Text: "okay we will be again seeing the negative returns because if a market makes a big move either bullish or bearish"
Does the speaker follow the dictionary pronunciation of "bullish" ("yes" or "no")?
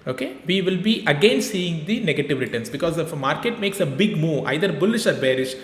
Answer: yes